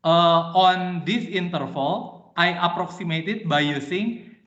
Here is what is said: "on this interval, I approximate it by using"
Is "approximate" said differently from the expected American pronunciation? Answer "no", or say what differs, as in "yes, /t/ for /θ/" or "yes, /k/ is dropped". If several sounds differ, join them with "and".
no